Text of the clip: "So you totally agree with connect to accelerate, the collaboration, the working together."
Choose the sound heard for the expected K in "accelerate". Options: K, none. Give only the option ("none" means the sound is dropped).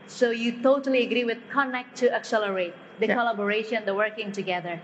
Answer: K